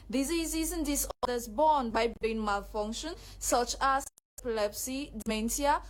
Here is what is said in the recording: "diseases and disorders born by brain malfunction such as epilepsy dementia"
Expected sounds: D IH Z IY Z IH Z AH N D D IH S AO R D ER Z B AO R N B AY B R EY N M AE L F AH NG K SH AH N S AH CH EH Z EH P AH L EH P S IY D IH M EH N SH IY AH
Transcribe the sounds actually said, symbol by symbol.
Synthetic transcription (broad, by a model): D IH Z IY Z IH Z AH N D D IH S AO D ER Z B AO N B AY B EY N M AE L F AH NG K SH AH N S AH CH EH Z EH P AH L EH P S IY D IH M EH N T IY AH